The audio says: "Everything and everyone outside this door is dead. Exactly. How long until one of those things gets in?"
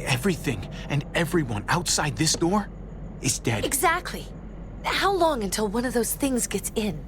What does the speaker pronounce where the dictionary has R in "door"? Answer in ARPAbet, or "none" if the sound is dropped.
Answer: R